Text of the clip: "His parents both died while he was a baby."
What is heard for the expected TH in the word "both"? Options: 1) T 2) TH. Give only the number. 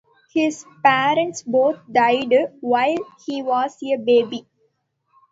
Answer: 1